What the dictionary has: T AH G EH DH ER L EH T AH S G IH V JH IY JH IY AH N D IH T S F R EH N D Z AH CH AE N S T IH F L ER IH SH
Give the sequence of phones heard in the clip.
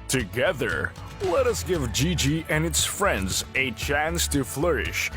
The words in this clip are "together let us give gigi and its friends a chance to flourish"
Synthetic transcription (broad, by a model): T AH G EH DH ER L EH T AH S G IH V JH IY JH IY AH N IH T S F R EH N D Z AH CH AE N S T IH F L ER IH SH